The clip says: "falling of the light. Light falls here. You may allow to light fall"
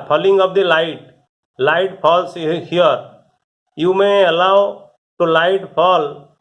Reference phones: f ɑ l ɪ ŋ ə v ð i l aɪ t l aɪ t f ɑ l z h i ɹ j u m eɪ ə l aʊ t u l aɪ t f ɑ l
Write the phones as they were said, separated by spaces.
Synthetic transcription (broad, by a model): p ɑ l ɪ ŋ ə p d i l aɪ t l aɪ t p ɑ l s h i ɹ j u m eɪ ə l aʊ t u l aɪ t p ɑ l